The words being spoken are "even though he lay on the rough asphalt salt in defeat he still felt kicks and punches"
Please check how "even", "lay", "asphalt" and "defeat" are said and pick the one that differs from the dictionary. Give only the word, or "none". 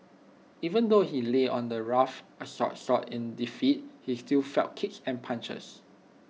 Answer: asphalt